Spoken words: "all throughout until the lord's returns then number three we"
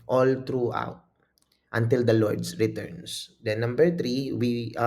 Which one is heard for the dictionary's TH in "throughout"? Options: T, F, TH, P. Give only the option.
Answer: T